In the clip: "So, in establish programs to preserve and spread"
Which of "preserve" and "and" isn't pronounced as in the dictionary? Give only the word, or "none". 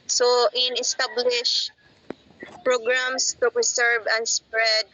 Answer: preserve